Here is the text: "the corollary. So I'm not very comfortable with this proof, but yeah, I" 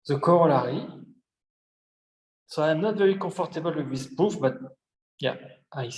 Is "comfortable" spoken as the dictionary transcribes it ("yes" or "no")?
no